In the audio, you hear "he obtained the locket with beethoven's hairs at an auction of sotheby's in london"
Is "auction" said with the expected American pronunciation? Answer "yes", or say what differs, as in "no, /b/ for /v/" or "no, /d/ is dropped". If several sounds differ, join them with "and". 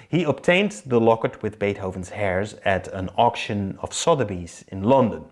yes